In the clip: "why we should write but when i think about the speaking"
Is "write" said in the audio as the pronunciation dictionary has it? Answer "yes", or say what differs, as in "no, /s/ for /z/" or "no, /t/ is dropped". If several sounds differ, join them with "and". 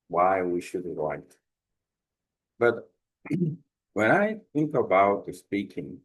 no, /l/ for /ɹ/